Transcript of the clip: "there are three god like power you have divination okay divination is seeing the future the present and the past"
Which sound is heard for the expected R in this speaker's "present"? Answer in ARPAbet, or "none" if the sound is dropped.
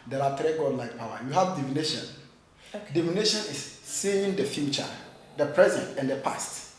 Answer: R